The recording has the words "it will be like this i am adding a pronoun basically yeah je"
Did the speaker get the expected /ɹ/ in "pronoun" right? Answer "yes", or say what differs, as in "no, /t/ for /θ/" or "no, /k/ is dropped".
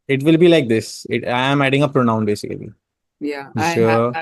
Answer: yes